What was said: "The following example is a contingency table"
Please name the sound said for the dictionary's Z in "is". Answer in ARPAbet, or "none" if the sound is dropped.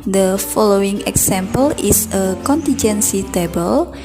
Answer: S